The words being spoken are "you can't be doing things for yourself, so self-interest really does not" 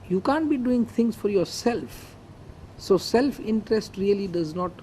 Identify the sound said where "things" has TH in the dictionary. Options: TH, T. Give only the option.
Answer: T